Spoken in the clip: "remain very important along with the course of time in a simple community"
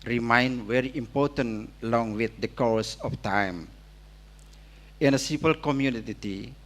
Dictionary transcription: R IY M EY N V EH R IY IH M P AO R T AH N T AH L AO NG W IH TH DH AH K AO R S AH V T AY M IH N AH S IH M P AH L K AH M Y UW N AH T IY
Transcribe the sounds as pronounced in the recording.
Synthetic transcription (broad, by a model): R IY M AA N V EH R IY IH M P AO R T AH N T AH L AO NG W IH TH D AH K AO R S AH F T AY M IH N AH S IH P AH L K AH M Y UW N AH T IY